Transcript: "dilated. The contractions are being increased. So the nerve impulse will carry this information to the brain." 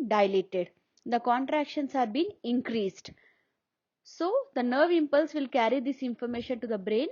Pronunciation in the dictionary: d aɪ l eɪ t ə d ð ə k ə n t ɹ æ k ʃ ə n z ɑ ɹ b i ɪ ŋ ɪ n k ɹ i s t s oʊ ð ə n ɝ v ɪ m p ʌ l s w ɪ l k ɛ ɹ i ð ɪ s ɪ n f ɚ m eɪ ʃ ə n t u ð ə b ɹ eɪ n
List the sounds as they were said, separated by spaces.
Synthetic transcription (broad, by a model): d aɪ l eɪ t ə d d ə k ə n t ɹ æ k ʃ ə n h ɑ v b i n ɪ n k ɹ i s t s oʊ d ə n ɝ v ɪ m p ʌ l s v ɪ l k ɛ ɹ i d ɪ s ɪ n f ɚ m eɪ ʃ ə n t u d ə b ɹ eɪ n